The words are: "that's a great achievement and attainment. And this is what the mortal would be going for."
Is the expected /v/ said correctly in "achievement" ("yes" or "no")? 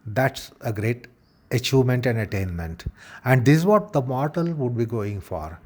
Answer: no